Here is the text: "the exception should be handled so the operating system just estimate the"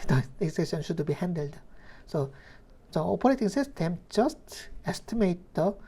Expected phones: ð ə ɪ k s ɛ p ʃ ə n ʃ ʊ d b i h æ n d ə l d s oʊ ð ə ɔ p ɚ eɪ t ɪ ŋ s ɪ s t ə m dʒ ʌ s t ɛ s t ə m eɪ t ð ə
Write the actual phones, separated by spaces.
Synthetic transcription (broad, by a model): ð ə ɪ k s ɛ ʃ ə n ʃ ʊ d b i h æ n d ə l d s oʊ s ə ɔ p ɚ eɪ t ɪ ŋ s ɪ s t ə m dʒ ʌ s t ɛ s t ə m eɪ t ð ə